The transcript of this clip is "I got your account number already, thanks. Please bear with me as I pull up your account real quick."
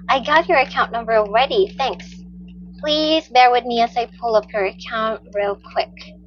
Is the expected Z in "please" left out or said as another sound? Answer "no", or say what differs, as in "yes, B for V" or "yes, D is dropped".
no